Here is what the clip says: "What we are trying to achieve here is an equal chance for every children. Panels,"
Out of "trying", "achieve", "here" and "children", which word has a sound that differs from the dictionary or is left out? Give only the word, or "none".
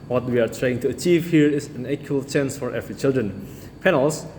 none